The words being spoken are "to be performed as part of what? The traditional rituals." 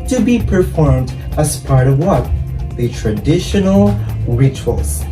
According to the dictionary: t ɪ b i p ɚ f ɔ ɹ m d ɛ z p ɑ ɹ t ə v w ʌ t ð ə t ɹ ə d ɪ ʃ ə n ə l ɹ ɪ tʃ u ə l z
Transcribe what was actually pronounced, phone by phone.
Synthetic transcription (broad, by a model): t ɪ b i p ɚ f ɔ ɹ m d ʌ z p ɑ ɹ t ə v w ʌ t ð ə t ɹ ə d ɪ ʃ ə n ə l ɹ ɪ tʃ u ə l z